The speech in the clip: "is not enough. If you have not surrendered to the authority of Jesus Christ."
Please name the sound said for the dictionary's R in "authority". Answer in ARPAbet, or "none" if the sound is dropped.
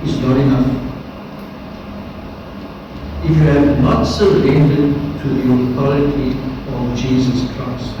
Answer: L